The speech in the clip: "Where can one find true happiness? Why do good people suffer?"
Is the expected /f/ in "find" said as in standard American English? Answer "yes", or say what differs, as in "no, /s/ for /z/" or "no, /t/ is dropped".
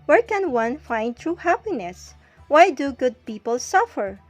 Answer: yes